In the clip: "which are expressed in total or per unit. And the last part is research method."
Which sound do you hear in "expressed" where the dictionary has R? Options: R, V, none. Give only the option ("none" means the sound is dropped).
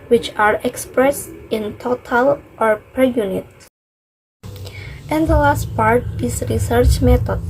R